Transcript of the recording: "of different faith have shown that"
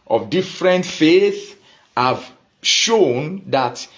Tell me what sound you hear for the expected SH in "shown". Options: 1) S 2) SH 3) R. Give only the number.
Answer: 2